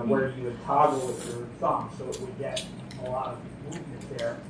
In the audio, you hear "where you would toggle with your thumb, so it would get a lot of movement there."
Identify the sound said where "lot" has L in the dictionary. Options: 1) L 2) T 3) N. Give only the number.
1